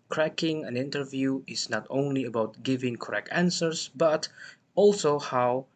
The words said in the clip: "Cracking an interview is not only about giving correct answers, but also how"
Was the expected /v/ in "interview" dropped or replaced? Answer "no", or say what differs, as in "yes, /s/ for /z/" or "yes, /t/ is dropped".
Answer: no